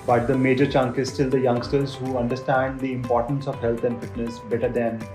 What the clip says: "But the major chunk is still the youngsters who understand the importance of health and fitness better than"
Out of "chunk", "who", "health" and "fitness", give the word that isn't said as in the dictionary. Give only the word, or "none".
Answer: health